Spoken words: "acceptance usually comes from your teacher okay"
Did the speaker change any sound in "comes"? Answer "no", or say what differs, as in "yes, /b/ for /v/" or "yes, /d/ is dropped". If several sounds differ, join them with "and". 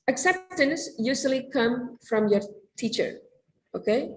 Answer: yes, /z/ is dropped